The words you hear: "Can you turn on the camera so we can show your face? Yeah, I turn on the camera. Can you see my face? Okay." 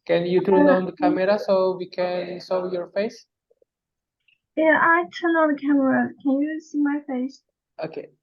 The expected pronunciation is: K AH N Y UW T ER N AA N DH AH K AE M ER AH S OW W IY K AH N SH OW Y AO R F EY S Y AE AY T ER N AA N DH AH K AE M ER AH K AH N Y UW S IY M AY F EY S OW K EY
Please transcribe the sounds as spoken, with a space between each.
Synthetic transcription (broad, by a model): K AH N Y UW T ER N AA N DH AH K AE M ER AH S OW W IY K AH N S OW Y AO R F EY S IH AY T ER N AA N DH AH K AE M ER AH K AH N Y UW S IY M AY F EY S OW K EY